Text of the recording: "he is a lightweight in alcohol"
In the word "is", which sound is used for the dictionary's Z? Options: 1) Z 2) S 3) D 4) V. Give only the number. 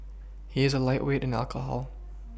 1